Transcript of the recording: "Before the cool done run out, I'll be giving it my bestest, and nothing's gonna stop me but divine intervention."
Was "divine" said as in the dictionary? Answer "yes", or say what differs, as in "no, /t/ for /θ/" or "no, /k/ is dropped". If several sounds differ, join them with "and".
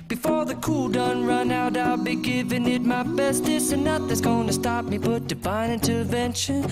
no, /b/ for /v/